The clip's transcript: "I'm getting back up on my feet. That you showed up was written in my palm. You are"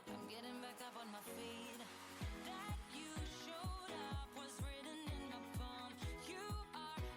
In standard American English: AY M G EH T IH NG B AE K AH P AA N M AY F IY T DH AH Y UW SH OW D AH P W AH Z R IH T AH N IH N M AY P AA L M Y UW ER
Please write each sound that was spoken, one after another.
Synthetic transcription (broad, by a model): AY M G EH T IH NG B AE K AH P N M AY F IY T DH AH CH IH SH OW D AH P W AH Z R IH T N IH N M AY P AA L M Y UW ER